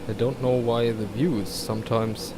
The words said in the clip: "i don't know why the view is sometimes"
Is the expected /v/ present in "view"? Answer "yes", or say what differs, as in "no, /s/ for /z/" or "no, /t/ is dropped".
yes